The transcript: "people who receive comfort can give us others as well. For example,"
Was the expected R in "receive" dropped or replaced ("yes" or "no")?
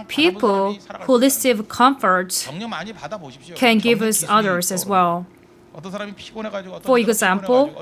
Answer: yes